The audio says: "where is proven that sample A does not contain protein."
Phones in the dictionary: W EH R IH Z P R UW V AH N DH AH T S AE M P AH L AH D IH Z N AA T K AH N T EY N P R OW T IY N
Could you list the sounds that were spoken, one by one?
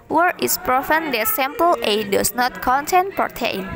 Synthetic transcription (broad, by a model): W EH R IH S P R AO F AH N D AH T S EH M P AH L AH D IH S N AA T K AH N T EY N P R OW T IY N